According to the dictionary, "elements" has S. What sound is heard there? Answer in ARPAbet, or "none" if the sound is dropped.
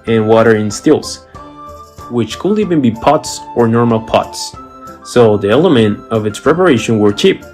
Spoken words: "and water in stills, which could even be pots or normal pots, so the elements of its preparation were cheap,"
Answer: none